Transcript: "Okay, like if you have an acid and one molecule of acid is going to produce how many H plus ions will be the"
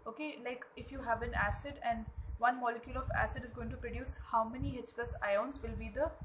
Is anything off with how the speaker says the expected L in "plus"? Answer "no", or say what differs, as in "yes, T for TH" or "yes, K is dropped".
yes, L is dropped